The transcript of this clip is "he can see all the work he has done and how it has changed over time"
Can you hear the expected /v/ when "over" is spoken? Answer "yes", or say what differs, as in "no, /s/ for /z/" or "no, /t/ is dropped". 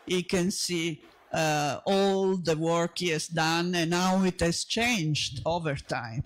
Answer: yes